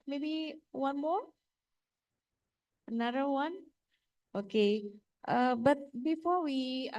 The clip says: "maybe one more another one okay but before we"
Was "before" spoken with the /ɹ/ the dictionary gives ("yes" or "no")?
yes